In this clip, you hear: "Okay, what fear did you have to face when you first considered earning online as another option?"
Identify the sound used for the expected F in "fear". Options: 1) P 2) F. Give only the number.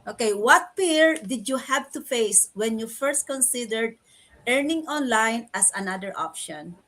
1